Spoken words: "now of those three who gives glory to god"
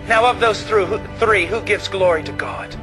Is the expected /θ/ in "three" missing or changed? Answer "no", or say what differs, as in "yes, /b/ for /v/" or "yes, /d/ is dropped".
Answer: no